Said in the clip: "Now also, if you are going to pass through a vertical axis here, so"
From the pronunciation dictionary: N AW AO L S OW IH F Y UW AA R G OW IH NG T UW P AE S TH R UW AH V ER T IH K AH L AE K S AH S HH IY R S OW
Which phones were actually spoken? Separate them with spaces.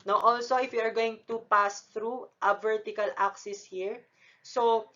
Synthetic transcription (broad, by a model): N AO AO L S OW IH F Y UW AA R G OW IH NG T UW P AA S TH R UW AH V ER T IH K AH L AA K S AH S HH IY R S OW